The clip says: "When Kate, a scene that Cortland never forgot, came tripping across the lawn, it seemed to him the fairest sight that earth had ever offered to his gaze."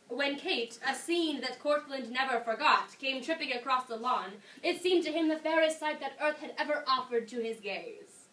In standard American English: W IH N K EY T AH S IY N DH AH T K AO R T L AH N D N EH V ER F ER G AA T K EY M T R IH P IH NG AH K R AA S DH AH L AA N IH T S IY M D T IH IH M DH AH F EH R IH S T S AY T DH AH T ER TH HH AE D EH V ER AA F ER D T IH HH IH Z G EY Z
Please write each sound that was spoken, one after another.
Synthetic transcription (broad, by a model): W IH N K EY T AH S IY N DH AH T K AO R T L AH N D N EH V ER F ER G AA T K EY M T R IH P IH NG AH K R AA S DH AH L AA N IH T S IY M T IH IH M DH AH F EH R IH S T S AY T DH AH T ER TH HH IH D EH V ER AA F ER D T IH IH Z G EY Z